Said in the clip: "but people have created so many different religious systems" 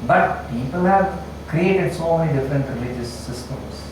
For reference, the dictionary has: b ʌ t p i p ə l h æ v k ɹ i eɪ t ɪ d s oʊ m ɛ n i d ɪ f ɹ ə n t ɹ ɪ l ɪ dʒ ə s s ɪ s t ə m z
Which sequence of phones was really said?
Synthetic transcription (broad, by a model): b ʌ t p i p ə l h æ v k ɹ i eɪ t ɪ d s oʊ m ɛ l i d ɪ f ɹ ə n t ɹ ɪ l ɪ dʒ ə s s ɪ s t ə m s